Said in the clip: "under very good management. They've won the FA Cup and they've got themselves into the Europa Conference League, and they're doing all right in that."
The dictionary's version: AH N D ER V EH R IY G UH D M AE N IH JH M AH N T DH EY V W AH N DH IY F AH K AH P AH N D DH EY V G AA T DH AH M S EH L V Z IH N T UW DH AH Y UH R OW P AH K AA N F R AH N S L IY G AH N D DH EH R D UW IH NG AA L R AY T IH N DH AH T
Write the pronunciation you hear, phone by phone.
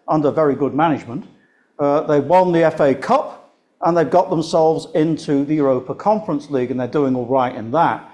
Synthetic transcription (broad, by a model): AH N D ER V EH R IY G UH D M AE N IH JH M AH N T DH EY W AH N DH IY F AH K AH P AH N DH EY V G AA T DH AH M S EH L V Z IH N T UW DH AH Y UH R OW P AH K AA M F R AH N S L IY G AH N DH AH R D UW IH NG AA L R AY T IH N DH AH T